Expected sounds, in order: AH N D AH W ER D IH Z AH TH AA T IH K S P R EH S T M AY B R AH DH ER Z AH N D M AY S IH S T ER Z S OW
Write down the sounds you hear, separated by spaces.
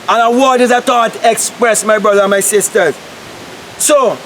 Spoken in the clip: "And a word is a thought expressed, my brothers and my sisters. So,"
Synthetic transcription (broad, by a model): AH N AH W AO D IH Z AH T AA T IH K S P R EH S M AY B R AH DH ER AH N M AY S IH S T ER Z S OW